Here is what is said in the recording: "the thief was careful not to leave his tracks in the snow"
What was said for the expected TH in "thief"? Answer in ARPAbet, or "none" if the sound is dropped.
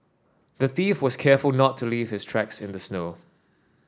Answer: TH